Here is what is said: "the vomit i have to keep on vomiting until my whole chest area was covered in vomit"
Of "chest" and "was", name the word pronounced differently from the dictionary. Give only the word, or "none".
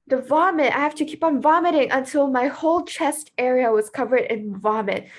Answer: none